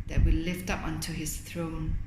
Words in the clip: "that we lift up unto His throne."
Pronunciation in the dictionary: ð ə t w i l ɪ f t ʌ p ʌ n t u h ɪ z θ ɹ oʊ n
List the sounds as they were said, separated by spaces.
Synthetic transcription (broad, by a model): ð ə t w i l ɪ f t ʌ p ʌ n t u h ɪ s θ ɹ oʊ n